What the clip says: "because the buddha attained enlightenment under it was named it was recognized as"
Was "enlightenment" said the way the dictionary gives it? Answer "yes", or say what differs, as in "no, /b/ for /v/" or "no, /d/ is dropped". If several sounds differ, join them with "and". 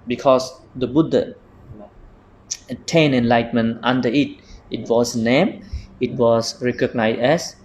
no, /m/ is dropped